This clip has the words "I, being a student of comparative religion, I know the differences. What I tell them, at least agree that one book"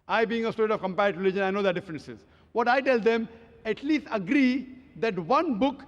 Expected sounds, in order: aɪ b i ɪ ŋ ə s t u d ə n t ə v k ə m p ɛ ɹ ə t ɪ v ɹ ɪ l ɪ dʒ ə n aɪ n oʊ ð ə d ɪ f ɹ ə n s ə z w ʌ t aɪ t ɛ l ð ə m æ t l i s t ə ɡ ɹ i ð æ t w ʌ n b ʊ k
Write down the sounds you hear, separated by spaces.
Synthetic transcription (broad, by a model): aɪ b i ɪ ŋ ə s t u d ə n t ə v k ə m p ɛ ə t ɹ ɪ l ɪ dʒ ə n aɪ n oʊ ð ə d ɪ f ɹ ə n s ə z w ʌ t aɪ t ɛ l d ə m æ t l i s t ə ɡ ɹ i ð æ t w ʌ n b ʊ k